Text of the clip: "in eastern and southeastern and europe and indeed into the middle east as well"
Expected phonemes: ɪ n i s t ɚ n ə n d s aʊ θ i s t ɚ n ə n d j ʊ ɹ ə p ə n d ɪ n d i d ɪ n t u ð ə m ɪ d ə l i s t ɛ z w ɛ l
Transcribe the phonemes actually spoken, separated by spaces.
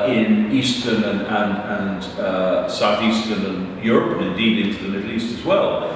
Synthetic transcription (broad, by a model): ɪ n i s t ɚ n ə n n s aʊ θ i s t ɚ n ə n j ʊ ɹ ə p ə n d ɪ n d i d ɪ n t u ð ə m ɪ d l i s t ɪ z w ɛ l